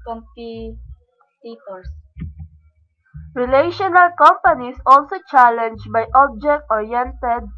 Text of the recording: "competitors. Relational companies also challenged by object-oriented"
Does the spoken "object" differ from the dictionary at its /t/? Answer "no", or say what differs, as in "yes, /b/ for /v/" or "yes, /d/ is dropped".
no